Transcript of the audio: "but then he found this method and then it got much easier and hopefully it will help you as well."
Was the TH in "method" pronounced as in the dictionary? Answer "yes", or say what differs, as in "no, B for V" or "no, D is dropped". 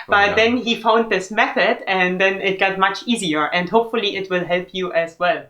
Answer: yes